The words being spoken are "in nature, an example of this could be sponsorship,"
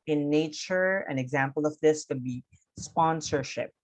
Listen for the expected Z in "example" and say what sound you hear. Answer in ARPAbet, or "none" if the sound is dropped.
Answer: Z